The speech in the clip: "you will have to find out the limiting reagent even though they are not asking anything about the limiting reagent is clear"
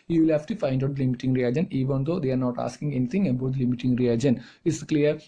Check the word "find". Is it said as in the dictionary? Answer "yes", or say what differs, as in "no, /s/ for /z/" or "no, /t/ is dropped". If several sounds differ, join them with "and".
yes